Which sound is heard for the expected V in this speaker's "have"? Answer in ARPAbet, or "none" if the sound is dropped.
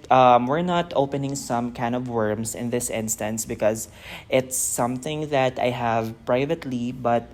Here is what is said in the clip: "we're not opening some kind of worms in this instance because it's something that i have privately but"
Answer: V